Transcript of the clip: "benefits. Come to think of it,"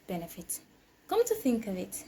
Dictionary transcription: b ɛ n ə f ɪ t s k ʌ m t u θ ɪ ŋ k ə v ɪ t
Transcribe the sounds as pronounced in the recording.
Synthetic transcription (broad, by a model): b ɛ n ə f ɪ t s k ʌ m t u θ ɪ ŋ k ə v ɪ t